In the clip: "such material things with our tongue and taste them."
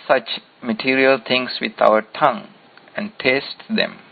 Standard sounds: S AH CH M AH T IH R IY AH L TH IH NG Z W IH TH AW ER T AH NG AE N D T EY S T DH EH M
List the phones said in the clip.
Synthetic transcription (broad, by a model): S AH CH M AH T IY R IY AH L T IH NG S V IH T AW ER T AH NG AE N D T EY S T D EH M